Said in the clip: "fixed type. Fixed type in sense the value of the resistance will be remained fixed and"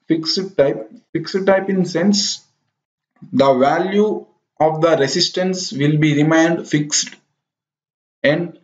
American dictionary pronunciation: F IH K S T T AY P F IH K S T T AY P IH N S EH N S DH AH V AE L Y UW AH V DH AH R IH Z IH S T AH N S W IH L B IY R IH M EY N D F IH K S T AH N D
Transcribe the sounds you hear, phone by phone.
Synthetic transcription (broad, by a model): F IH K S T T AY P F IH K S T T AY P IH N S EH N S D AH V AE L Y UW AH V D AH R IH S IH S T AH N S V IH L B IY R IH M EY N D F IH K S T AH N D